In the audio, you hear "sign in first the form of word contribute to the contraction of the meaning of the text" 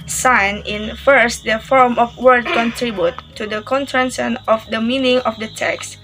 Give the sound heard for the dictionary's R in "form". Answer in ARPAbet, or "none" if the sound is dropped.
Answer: R